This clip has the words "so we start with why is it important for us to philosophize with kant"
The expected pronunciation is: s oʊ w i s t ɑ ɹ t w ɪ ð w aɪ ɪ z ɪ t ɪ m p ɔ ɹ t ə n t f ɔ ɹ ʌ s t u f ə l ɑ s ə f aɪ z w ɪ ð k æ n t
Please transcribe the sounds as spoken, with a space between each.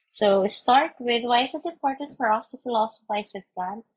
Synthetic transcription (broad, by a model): s oʊ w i s t ɑ ɹ t w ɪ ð w aɪ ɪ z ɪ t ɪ p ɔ ɹ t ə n f ɔ ɹ ʌ s t u f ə l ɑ s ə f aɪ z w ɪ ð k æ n